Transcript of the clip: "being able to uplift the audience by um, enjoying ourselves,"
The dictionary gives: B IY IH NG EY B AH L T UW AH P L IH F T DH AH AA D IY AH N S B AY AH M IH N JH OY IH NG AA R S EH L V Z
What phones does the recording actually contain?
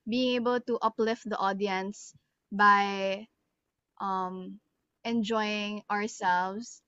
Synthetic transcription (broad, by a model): B IY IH NG EY B AH L T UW AH P L IH F T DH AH AA D IY AH N S B AY AH M IH N JH OY IH NG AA R S EH L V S